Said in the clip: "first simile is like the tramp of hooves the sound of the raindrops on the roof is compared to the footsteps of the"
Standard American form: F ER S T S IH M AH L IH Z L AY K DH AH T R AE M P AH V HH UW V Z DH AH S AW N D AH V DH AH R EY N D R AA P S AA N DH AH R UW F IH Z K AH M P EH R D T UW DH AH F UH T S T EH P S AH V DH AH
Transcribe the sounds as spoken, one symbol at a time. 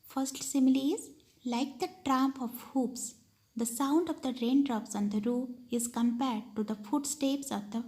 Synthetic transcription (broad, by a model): F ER S T S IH M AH L IH Z L AY K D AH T R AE M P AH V HH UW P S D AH S AW N D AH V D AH R EY N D R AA P S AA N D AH R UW IH Z K AH M P EH R D T UW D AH F UH T S T EH P S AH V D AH